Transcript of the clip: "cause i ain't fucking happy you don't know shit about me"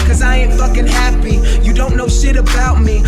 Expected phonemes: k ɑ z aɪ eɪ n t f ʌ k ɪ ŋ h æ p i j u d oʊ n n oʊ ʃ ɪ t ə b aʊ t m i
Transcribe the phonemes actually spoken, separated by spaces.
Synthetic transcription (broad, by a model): k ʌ z aɪ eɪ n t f ʌ k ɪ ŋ h æ p i j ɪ d oʊ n n oʊ ʃ ɪ t ə b aʊ t m i